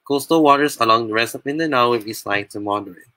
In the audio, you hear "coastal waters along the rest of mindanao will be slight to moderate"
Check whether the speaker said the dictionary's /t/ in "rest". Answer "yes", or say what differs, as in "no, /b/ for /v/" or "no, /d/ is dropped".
no, /t/ is dropped